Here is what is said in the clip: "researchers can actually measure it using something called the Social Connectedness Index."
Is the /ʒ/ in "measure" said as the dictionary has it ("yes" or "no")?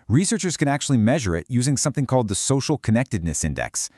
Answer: yes